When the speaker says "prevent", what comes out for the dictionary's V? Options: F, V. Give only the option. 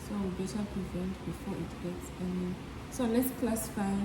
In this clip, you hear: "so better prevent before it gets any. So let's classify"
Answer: V